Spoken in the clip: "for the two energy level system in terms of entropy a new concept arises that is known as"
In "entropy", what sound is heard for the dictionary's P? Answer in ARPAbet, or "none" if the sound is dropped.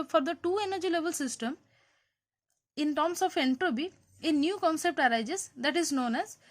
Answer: B